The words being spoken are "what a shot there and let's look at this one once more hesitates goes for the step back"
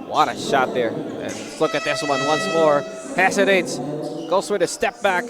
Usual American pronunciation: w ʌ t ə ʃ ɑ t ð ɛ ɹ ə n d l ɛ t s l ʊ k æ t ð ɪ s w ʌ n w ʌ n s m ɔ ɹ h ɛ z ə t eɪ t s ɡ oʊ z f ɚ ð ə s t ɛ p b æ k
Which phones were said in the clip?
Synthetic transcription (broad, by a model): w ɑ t ə ʃ ɑ t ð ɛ ɹ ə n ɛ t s l ʊ k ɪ t ð ɪ s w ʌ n w ʌ n s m ɔ ɹ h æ s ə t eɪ t s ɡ oʊ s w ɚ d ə s t ɛ p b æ k